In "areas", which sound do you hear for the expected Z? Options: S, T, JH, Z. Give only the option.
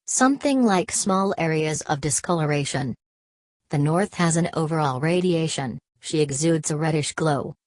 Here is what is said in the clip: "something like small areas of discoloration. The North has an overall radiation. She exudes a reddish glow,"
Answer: Z